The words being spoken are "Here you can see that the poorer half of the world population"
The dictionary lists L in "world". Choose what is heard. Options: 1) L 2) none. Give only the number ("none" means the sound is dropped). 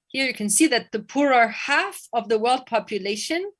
1